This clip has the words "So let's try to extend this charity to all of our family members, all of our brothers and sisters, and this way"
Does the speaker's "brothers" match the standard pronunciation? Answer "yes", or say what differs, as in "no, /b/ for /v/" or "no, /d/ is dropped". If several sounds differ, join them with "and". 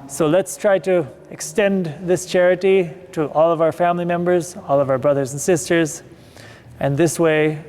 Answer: yes